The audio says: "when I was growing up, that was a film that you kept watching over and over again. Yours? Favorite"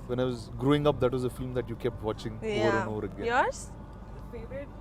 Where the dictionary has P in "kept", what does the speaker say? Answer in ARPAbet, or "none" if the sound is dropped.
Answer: P